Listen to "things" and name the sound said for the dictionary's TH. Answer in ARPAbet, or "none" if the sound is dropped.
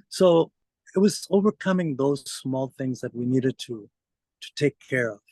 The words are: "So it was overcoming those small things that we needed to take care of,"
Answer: TH